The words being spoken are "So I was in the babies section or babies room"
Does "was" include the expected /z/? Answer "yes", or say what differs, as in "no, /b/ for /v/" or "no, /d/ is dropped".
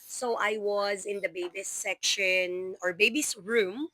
yes